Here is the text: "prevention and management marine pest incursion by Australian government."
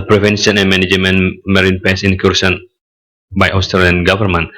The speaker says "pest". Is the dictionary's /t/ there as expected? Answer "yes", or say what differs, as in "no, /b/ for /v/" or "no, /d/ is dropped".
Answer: no, /t/ is dropped